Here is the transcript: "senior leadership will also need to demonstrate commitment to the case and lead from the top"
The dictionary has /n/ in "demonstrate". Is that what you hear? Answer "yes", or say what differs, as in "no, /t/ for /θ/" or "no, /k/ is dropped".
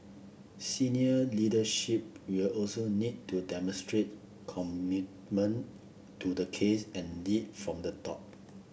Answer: yes